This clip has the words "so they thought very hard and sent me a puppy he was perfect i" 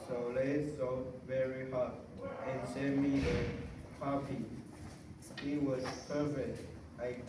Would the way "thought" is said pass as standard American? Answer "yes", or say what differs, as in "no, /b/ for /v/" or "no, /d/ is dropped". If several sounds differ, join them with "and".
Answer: no, /s/ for /θ/